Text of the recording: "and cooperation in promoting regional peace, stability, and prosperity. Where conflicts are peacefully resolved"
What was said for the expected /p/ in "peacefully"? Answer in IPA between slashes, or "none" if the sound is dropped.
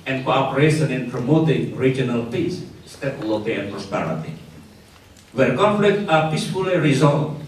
/p/